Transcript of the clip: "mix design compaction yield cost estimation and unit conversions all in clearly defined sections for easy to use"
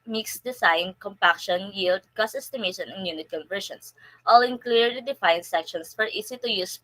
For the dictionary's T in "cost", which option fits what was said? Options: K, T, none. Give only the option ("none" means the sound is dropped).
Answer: none